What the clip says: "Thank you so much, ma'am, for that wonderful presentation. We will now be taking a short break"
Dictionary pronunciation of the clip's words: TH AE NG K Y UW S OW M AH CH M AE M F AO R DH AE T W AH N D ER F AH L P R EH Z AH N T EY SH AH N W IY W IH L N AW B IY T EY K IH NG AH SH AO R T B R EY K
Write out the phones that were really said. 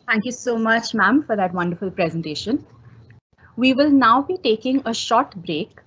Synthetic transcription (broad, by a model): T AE NG K Y UW S OW M AH CH M AE M F AO R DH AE T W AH N D ER F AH L P R EH Z AH N T EY SH AH N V IY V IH L N AW B IY T EY K IH NG AH SH AO R T B R EY K